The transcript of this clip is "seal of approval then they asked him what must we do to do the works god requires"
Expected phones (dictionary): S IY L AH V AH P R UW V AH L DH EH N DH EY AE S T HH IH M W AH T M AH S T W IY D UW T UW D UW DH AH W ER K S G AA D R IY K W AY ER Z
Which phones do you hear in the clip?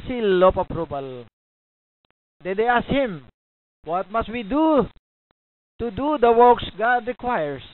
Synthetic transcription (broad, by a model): S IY L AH P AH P R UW B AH L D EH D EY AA S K HH IH M W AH T M AH S T W IY D UW T UW D UW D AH W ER K S G AA D R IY K W AY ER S